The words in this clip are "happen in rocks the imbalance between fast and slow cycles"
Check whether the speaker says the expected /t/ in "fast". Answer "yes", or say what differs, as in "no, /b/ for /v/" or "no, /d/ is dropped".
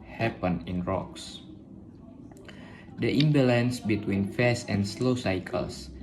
no, /t/ is dropped